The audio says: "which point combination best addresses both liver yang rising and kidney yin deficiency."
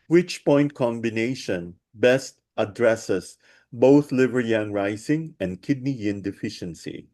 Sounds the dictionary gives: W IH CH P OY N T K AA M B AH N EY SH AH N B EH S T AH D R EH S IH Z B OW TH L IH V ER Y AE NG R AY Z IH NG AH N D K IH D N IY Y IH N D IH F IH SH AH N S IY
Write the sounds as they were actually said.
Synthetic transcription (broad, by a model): W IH CH P OY N T K AA M B AH N EY SH AH N B EH S T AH D R EH S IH S B OW TH L IH V ER Y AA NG R AY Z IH NG AH N D K IH D N IY Y IH N D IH F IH SH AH N S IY